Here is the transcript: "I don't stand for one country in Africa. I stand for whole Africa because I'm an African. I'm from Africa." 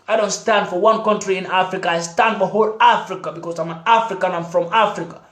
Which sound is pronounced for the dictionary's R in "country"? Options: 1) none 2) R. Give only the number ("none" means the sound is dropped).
2